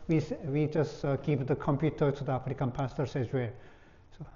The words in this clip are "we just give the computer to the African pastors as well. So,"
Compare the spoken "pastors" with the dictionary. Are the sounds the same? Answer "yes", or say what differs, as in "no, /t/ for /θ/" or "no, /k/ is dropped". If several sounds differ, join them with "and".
no, /s/ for /z/